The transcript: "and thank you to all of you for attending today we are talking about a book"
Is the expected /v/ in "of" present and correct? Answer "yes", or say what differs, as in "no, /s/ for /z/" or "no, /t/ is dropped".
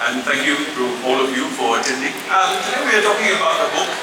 yes